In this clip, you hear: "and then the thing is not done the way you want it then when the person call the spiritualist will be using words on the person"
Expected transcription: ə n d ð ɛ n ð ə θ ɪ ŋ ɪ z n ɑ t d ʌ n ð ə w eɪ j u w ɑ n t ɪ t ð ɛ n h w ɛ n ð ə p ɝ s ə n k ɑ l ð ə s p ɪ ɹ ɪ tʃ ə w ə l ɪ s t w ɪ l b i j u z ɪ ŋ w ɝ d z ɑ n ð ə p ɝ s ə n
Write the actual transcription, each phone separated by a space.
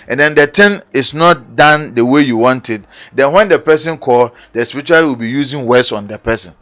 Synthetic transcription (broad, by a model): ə n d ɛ n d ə t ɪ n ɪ s n ɑ t d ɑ n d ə w eɪ j u w ɑ n t ɪ t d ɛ n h w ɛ n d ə p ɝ s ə n k ɑ l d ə s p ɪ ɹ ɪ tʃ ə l w ɪ l b i j u z ɪ ŋ w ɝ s ɑ n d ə p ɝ s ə n